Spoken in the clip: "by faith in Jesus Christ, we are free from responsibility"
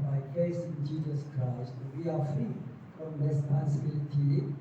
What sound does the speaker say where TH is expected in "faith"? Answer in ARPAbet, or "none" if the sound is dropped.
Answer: S